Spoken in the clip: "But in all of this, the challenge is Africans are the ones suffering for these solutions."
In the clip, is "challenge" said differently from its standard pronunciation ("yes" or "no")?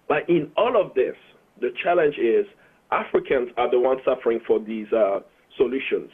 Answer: no